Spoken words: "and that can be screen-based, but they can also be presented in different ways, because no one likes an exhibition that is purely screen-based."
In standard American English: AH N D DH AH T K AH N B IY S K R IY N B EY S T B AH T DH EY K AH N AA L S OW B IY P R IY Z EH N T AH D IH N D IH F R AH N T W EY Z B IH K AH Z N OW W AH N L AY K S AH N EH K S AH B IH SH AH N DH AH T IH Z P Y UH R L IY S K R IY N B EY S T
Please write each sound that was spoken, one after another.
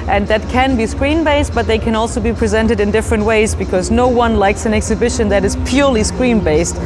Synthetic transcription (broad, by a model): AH N DH AH T K AH N B IY S K R IY N B EY S T B AH T DH EY K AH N AA L S OW B IY P R IY Z EH N T AH D IH N D IH F R AH N T W EY Z B IH K AH Z N OW W AH N L AY K S AH N EH K S AH B IH SH AH N DH AH T IH Z P Y UH R L IY S K R IY N B EY S T